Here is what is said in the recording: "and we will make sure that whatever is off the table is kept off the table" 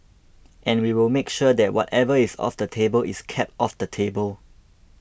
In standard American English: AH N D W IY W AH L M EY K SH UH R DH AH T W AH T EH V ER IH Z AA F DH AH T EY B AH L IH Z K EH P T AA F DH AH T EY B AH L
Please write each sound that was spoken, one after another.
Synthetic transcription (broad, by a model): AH N W IY W AH L M EY K SH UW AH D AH T W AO T EH V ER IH S AA F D AH T EY B AH L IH S K EH P T AA F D AH T EY B AH L